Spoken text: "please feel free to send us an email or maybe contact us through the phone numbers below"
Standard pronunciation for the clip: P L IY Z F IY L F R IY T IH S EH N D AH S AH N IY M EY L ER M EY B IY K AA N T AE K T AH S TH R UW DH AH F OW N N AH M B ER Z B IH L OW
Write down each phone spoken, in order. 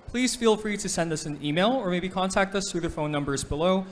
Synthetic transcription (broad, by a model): P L IY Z F IY L F R IY T IH S EH N D AH S AH N IY M EY L ER M EY B IY K AA N T AE K T AH S TH R UW DH AH F OW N N AH M B ER Z B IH L OW